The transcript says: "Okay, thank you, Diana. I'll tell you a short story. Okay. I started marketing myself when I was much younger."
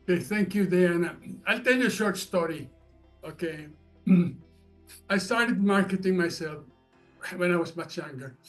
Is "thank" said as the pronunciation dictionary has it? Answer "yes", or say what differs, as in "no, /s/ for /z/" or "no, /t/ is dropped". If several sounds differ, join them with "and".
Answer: yes